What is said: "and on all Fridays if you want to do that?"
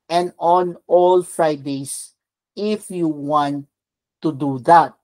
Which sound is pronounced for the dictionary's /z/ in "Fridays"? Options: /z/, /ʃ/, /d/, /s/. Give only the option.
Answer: /s/